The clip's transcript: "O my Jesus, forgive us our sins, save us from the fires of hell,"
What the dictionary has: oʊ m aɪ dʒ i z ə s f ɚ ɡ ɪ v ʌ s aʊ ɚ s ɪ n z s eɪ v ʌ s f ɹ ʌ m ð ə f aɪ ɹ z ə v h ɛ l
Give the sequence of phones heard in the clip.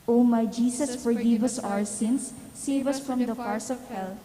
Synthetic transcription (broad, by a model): oʊ m aɪ dʒ i s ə s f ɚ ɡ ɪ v ʌ s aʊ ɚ s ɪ n s eɪ v ʌ s f ɹ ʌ m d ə p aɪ ɹ s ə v h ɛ l